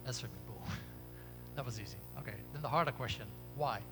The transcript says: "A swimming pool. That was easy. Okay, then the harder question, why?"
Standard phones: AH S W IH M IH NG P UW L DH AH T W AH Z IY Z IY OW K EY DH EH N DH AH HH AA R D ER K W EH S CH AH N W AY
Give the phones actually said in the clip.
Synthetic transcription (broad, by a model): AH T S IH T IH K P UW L DH AH T W AH Z IY Z IY OW K EY DH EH N DH AH HH AA R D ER K W EH S CH AH N W AY